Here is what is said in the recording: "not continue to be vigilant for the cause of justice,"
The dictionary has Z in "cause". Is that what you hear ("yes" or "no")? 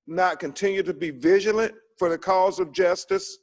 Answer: yes